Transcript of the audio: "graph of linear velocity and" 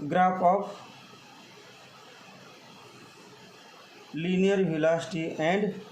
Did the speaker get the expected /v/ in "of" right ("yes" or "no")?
no